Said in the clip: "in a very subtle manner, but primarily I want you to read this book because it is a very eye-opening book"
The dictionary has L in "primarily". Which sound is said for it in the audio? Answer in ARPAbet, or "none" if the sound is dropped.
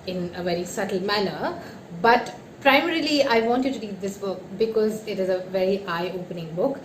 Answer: L